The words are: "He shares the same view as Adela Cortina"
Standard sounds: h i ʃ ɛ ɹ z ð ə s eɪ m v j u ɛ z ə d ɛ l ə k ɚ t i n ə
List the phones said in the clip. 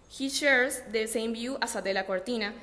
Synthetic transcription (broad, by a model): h i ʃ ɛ ɹ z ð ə s eɪ m b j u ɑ s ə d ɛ l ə k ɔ t i n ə